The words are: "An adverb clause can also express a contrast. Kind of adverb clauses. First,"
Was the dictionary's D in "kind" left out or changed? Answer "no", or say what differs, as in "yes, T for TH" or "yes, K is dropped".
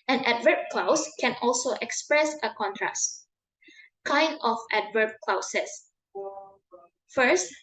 no